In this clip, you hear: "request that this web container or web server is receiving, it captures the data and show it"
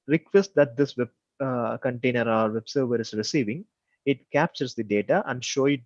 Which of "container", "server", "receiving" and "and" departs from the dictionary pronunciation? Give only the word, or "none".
none